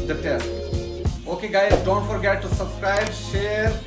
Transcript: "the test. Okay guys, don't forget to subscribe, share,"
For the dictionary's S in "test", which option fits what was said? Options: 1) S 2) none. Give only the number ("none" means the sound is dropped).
2